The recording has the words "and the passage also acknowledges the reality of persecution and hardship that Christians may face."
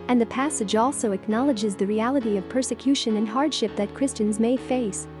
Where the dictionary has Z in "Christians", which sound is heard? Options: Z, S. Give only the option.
Z